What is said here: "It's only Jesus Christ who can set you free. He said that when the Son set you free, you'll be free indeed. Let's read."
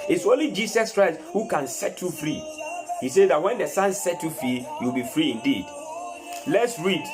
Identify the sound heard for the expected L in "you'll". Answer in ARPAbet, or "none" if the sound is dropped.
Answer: W